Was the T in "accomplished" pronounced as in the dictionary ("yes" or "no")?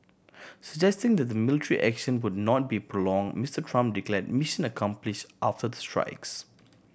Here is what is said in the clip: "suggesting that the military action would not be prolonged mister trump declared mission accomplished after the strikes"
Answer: yes